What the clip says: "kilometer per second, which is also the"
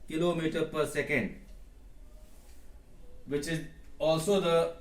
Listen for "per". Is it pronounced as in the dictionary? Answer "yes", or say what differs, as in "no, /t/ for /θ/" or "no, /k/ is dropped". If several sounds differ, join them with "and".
yes